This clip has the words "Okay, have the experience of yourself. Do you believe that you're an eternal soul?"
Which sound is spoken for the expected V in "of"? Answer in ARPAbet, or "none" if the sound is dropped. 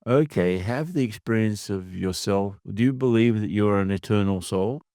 V